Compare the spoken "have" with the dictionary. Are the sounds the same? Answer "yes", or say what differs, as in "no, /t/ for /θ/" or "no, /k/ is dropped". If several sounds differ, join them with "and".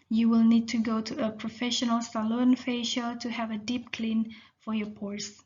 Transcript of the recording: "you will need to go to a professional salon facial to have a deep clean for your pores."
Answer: yes